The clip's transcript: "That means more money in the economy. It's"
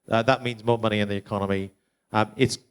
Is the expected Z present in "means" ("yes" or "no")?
yes